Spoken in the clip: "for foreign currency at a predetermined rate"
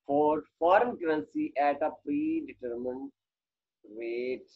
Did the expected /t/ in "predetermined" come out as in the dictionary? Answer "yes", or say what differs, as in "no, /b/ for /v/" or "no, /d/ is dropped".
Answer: yes